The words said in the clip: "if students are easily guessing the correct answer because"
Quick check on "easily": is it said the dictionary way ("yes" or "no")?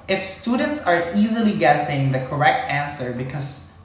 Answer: yes